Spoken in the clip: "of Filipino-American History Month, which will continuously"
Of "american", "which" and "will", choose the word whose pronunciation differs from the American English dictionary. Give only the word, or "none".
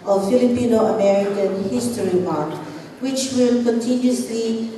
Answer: none